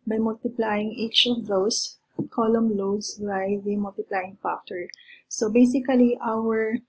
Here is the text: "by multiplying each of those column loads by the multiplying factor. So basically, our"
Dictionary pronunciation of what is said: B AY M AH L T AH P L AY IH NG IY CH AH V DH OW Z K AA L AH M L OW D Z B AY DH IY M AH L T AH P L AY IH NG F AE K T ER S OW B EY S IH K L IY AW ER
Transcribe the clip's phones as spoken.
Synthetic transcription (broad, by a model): B AY M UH L T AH P L AY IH NG IY CH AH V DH OW S K AA L AH M L OW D S B AY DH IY M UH L T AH P L AY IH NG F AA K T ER S OW B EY S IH K L IY AW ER